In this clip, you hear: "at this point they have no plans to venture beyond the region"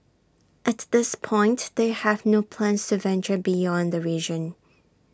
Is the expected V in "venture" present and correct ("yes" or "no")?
yes